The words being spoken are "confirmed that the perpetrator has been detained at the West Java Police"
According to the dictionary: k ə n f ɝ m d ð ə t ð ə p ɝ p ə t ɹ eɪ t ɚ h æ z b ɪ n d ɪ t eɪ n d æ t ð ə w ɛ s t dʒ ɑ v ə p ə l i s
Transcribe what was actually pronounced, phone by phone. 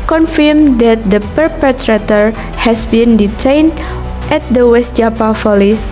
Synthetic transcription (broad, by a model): k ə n f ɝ m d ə t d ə p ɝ p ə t ɹ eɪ t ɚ h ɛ s b ɪ n d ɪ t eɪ n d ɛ t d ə w ɛ s t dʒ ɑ p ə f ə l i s